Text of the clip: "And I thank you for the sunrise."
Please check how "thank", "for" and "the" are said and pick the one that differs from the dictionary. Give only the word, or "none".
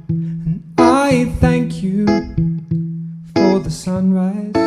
none